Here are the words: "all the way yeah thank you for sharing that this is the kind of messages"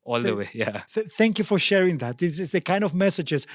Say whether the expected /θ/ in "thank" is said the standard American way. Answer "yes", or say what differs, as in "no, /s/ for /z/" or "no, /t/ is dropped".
yes